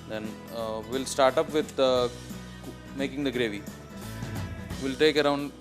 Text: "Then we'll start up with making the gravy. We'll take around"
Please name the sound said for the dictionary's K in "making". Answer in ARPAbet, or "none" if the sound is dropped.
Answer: K